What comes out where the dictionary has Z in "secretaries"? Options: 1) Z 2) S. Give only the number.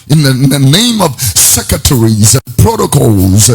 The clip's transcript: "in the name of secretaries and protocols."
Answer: 1